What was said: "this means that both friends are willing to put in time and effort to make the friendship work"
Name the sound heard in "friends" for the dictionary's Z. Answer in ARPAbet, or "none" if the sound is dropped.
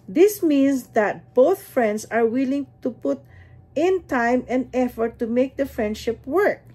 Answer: S